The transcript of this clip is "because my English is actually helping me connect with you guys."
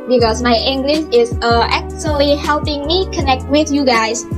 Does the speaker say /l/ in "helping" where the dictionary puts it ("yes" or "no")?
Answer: yes